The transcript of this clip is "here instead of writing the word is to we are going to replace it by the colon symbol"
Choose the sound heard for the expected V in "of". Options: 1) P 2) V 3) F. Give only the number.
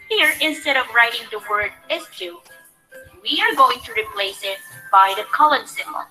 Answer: 2